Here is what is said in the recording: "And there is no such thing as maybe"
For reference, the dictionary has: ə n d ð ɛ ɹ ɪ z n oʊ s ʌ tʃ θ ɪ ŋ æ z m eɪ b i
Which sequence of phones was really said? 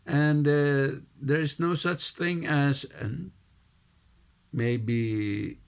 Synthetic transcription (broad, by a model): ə n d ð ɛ ɹ ɪ z n oʊ s ʌ tʃ θ ɪ ŋ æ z m eɪ b i